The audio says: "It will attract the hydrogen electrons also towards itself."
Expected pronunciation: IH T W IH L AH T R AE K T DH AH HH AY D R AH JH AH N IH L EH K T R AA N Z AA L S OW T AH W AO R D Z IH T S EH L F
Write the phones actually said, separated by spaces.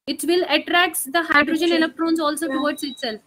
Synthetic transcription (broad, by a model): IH T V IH L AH T R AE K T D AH HH AY D R AH JH AH N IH N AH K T R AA N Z AA L S OW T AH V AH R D S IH T S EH L F